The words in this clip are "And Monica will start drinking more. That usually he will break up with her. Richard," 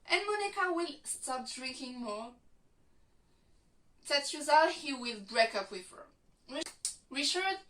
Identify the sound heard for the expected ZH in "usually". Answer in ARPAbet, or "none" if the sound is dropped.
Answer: Z